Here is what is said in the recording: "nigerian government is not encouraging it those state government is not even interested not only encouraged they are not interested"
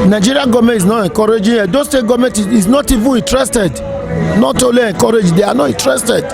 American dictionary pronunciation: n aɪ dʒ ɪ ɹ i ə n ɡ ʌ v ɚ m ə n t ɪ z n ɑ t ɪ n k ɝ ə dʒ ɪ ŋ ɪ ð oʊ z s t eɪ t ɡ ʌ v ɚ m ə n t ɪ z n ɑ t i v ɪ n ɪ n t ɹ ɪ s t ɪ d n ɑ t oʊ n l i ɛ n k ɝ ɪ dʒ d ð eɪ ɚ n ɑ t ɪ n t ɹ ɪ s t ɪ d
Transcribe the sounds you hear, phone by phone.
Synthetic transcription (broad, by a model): n aɪ dʒ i ɹ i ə ɡ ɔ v m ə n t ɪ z n ɑ t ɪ k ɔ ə dʒ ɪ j ɪ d oʊ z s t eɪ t ɡ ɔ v m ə n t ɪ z n ɑ t i v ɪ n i n t ɹ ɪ s t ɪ d n ɑ t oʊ l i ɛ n k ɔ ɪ dʒ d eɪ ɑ n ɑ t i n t ɹ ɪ s t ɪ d